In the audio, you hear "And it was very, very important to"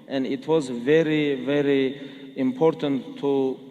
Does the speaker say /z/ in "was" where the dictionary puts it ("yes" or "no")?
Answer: yes